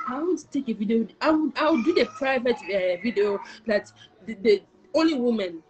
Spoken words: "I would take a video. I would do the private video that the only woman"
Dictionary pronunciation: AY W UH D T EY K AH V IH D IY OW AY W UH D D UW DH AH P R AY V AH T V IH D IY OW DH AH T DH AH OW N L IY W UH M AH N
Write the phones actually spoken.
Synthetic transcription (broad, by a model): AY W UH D T EY K AH V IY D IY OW AY W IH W D UW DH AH P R AY V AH T V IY D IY OW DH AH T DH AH OW N L IY W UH M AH N